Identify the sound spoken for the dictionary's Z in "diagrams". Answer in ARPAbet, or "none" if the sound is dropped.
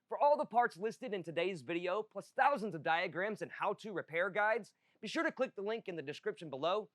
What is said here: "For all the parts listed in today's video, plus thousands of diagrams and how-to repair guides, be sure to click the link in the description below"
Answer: Z